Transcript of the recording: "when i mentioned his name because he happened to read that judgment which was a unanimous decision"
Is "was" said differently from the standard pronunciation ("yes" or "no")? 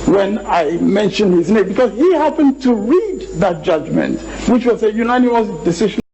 yes